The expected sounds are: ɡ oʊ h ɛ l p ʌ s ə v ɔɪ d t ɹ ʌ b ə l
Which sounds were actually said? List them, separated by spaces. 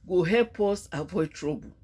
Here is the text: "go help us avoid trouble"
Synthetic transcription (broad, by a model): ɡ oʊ h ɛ p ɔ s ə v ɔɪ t ɹ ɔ b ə